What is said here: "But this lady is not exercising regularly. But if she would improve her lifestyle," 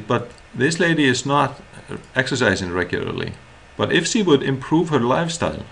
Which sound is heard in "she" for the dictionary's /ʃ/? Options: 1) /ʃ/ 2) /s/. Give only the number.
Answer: 1